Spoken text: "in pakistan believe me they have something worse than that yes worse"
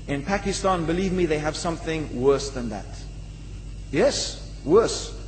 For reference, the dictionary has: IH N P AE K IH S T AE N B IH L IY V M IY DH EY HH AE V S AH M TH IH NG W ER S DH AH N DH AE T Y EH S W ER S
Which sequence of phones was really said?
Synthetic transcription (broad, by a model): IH N P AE K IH S T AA N B IH L IY V M IY DH EY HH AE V S AH M TH IH NG W ER S DH AH N DH AE T Y EH S W ER S